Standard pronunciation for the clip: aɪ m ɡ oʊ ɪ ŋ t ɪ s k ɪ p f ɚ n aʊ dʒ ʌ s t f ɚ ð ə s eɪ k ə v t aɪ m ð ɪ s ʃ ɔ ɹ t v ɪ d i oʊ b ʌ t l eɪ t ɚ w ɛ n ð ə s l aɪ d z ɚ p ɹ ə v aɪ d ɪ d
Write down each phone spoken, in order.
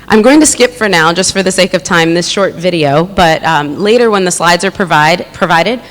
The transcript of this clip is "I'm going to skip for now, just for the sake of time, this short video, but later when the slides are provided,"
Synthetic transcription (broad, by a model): aɪ m ɡ oʊ ɪ ŋ t ɪ s k ɪ p f ɚ n aʊ dʒ ʌ s t f ɚ ð ə s eɪ k ə v t aɪ m ð ɪ s ʃ ɔ ɹ t v ɪ d i oʊ b ʌ t l eɪ t ɚ w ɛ n ð ə s l aɪ d z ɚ p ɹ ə v aɪ d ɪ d